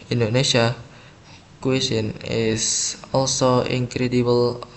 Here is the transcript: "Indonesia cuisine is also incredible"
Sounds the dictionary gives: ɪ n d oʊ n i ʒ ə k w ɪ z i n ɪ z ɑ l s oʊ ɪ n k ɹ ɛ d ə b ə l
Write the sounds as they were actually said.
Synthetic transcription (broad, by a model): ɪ n d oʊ n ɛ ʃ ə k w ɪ s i n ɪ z ɑ l s oʊ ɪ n k ɹ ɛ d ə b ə l